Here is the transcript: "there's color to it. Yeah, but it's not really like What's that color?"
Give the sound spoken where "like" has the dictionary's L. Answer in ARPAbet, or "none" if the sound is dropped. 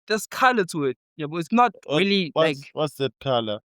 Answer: W